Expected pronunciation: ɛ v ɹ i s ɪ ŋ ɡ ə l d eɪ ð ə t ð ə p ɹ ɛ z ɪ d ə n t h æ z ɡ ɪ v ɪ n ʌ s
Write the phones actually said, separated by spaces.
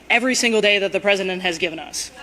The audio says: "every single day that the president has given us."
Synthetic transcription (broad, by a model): ɛ v ɹ i s ɪ ŋ ɡ l d eɪ ð ə t ð ə p ɹ ɛ z ɪ d ə n t h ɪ z ɡ ɪ v ɪ n ʌ s